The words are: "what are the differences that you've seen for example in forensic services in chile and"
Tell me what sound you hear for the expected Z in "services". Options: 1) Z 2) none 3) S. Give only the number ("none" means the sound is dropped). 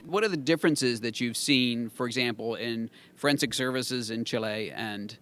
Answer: 1